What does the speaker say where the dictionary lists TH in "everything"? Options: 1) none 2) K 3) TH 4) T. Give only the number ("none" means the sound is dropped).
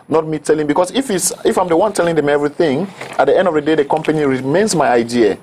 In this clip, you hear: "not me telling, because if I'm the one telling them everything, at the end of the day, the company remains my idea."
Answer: 3